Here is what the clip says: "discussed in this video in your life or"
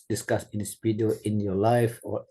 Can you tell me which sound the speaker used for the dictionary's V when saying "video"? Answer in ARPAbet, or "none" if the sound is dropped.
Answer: P